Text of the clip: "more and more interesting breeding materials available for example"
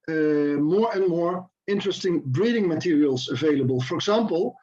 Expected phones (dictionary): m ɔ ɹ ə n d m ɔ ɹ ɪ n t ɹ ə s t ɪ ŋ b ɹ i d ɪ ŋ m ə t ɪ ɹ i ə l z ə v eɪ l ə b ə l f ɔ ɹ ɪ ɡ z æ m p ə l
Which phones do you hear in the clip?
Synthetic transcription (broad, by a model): m ɔ ɹ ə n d m ɔ ɹ ɪ n t ɹ ə s t ɪ ŋ b ɹ i d ɪ ŋ m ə t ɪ ɹ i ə l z ə v eɪ l ə b ə l f ɔ ɹ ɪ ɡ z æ m p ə l